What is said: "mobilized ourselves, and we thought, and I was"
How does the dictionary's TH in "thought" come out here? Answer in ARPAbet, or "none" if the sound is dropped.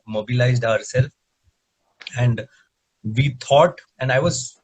T